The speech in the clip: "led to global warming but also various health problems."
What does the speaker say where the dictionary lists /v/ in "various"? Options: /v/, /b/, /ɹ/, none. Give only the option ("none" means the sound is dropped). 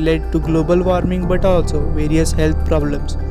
/v/